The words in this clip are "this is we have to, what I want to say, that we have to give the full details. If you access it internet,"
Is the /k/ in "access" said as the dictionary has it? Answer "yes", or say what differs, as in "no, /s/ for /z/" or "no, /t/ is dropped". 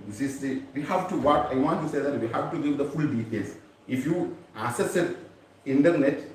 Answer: no, /k/ is dropped